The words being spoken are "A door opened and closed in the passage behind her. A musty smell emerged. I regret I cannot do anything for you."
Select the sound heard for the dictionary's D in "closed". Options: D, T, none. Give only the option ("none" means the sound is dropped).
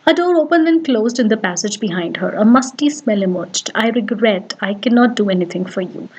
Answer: D